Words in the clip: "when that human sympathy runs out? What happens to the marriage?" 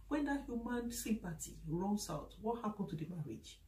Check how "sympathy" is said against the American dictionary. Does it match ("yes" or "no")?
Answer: no